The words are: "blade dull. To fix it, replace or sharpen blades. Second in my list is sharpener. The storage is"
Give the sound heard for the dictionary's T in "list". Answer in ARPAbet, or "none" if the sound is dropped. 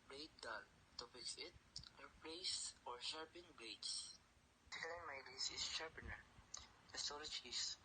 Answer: none